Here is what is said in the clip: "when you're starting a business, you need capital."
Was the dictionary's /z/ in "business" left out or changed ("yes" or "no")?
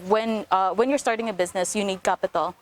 no